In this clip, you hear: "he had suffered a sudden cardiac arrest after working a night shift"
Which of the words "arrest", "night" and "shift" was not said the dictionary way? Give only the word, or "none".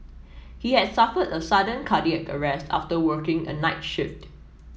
none